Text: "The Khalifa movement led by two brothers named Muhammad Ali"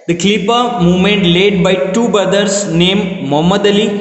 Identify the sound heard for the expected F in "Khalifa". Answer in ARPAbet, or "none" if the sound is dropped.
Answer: P